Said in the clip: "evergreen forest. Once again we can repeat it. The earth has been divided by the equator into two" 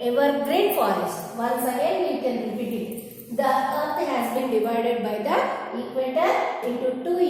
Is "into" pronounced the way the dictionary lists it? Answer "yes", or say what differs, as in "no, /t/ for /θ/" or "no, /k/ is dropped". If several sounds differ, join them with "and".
no, /n/ is dropped